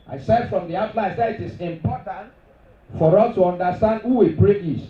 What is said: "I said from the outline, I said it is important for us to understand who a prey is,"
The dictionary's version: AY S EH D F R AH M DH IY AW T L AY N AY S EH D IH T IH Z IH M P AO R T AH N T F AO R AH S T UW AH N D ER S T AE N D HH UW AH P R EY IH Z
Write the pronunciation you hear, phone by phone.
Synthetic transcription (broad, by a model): AY S EH D F R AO M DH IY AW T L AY AY S EH D IH T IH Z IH M P AO T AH N T F AO R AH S T UW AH N D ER S T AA N D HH UW AH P R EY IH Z